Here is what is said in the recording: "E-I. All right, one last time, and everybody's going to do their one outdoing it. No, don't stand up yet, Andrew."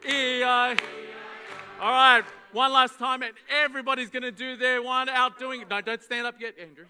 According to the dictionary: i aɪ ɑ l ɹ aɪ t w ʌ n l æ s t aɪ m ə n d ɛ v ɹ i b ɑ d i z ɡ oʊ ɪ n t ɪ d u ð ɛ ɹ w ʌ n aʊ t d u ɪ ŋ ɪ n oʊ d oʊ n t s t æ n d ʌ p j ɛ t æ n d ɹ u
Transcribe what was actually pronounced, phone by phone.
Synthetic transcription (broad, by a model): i aɪ ɑ l ɹ aɪ t w ʌ n l æ s t aɪ m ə n ɛ v ɹ i b ɑ d i z ɡ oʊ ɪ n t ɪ d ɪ ð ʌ ɹ w ʌ n aʊ t d u ɪ ŋ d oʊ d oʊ n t s t æ n d ʌ p j ɛ t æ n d ɹ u